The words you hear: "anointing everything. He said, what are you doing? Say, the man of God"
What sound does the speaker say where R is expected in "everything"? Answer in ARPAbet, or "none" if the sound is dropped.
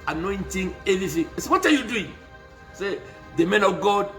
none